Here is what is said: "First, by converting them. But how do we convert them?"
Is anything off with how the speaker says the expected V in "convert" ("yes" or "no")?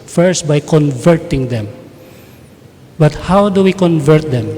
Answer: no